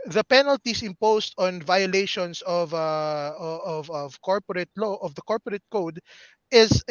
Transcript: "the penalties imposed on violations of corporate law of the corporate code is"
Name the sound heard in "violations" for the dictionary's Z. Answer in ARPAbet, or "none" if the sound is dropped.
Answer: S